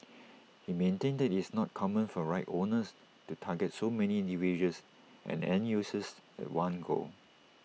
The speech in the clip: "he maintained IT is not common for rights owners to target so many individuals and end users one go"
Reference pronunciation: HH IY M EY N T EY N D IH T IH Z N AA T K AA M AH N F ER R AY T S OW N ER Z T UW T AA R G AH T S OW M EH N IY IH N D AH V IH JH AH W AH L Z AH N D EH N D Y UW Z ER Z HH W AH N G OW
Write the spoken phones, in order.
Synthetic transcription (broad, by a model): HH IY M EY N T EY N D IH T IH S N AA T K AA M AH N F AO R AY T OW N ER S T UW T AA G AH T S OW M EH N IY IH N D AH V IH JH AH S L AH N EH N Y UW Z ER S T W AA N G OW